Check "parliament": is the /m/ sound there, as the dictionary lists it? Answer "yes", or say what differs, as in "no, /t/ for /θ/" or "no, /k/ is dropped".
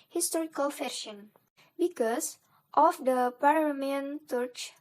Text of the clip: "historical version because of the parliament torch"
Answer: no, /m/ is dropped